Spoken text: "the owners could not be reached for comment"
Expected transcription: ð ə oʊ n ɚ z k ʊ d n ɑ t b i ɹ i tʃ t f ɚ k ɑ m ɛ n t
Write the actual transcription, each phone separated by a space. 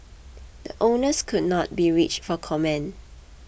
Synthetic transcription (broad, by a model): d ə oʊ n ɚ s k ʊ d n ɑ t b i ɹ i tʃ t f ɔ k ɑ m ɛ n